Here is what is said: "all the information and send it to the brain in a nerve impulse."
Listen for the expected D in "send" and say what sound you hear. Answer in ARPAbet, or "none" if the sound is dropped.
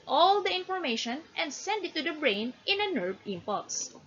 D